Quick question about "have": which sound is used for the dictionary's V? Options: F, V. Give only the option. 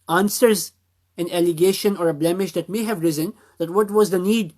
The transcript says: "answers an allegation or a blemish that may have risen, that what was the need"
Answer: V